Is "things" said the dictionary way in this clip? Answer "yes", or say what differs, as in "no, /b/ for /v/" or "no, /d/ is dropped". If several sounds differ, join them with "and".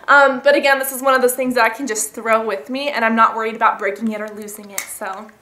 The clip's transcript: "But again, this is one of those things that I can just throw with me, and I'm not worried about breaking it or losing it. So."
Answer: yes